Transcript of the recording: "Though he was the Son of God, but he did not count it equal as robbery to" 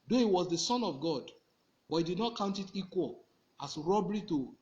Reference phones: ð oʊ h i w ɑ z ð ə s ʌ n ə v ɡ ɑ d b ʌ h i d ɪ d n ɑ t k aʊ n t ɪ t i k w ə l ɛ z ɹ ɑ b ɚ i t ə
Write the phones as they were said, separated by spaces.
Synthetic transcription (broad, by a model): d oʊ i w ɑ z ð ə s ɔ n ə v ɡ ɑ d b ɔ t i d ɪ d n ɑ t k aʊ n t ɪ t i k w ə l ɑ s ɹ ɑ b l i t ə